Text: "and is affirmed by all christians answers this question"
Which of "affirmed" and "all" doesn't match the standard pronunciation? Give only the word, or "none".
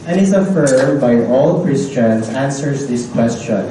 affirmed